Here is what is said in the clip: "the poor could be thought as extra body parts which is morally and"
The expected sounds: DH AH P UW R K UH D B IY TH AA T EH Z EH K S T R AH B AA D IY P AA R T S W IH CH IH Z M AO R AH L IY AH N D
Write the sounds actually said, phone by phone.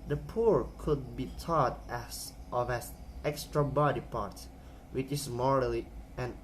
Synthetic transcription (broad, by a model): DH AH P UW R K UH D B IY T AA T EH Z EH K S T R AH B AA D IY P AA R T W IH CH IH S M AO R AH L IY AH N